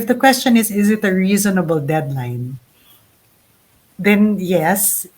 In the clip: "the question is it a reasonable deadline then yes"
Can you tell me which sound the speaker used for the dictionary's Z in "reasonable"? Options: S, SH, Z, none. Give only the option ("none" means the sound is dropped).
Z